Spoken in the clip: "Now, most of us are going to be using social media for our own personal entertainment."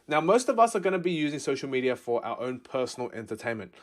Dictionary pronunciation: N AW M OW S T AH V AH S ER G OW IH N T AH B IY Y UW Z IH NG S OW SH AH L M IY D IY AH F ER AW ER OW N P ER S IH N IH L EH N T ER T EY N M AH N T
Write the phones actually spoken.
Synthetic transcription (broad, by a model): N AW M OW S T AH V AH S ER G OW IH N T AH B IY Y UW Z IH NG S OW SH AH L M IY D IY AH F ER AW ER OW N P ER S N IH L EH N T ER T EY N M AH N T